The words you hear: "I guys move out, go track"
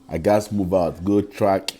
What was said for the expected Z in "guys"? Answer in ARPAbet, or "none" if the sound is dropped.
S